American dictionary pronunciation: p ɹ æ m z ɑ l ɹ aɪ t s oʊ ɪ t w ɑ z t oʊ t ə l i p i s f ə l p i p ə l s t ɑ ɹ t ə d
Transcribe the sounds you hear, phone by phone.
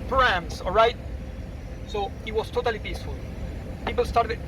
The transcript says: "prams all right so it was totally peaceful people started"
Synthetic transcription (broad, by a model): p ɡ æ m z ɑ l ɹ aɪ t s oʊ ɪ t w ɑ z t oʊ t ə l i p i s f ə l p i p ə l s t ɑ ɹ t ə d